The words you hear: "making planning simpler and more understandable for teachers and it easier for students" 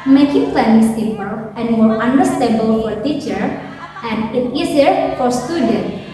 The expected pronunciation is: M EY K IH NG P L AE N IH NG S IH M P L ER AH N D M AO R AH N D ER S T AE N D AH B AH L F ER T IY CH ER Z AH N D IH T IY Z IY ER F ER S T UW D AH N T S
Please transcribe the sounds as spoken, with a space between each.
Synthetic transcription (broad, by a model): M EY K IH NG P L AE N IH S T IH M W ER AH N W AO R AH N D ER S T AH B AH L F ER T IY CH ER AH N D IH T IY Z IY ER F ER S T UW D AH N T